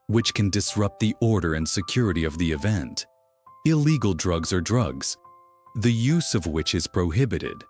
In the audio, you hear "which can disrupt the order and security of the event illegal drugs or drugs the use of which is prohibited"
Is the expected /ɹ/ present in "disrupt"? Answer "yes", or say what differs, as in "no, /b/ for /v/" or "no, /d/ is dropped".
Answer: yes